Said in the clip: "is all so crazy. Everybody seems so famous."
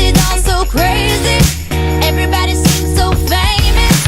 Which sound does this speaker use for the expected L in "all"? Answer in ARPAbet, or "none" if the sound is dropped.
N